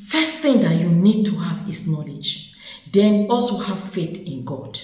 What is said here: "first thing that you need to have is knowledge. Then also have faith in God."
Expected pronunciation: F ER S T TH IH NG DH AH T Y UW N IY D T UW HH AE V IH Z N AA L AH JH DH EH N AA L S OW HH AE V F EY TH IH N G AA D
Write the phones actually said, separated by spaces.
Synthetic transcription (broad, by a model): F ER S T TH IH NG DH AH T Y UW N IY D T UW HH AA V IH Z N AA L AH JH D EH N AA L S OW HH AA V F EY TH IH N G AA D